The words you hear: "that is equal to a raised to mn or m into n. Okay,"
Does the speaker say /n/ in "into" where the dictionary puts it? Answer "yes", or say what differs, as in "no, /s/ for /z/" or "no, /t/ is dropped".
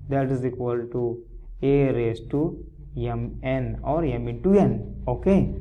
no, /n/ is dropped